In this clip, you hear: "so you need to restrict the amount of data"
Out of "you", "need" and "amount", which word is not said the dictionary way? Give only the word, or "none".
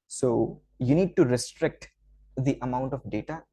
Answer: none